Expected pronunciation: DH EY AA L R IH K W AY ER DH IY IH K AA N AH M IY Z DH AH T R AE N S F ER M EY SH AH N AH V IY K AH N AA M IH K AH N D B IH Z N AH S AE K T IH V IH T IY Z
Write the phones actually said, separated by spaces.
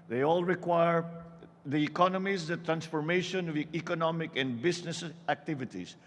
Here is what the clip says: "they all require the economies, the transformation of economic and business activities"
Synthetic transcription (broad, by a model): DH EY AA L R IH K W AY ER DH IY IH K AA N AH M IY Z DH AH T R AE N S F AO M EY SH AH N AH V IY K AH N AA M IH K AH N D B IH S N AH S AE K T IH V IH T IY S